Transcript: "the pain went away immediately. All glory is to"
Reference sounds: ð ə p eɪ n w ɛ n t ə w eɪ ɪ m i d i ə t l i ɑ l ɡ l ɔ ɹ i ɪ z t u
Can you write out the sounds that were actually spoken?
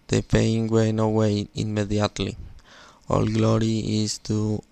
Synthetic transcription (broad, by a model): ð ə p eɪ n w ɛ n ə w eɪ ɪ m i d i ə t l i ɑ l ɡ l ɔ ɹ i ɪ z t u